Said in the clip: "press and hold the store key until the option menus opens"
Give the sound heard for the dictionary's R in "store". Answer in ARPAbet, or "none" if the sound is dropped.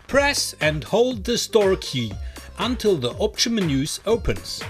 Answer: R